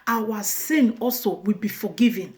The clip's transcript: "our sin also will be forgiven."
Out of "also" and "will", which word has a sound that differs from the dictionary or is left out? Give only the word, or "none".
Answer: none